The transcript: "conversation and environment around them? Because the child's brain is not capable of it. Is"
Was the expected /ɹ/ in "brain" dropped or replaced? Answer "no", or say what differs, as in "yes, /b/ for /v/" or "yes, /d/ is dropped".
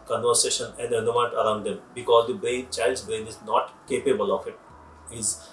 no